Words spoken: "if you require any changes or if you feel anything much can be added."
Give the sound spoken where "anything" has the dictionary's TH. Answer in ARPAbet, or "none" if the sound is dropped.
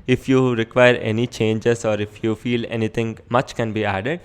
T